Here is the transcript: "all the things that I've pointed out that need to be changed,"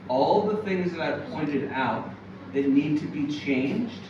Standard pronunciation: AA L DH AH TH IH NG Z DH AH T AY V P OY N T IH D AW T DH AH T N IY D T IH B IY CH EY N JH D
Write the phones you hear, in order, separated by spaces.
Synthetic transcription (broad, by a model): AA L DH AH TH IH NG Z DH AH T AY V P OY N T IH D AW T DH AH T N IY D T IH B IY CH EY N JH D